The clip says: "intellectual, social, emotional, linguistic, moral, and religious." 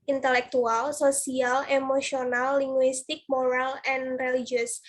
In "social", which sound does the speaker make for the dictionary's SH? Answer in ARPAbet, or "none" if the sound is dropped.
S